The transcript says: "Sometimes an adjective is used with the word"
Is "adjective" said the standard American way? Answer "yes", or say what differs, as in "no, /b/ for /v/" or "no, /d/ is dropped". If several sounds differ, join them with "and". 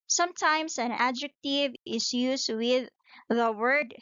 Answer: yes